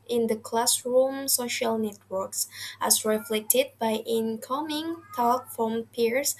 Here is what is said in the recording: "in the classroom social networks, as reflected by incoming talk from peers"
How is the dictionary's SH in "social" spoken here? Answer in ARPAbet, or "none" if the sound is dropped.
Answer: SH